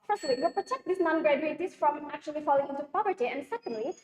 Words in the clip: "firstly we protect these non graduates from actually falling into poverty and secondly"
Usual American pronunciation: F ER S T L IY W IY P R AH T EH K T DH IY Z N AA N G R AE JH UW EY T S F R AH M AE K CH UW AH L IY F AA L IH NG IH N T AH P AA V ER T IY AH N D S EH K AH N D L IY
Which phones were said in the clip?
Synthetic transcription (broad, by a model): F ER S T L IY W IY P R AH T EH K T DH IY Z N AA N G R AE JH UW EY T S F R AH M AE K CH UW AH L IY F AA L IH NG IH T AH P AA V ER T IY AH N D S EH K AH N D L IY